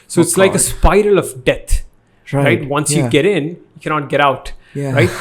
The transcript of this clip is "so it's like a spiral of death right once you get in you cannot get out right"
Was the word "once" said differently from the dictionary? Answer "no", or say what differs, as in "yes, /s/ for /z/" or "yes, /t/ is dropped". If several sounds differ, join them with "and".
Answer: no